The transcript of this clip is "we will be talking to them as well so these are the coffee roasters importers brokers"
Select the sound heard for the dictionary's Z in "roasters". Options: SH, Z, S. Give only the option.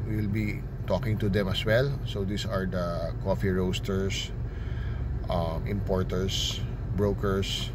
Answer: S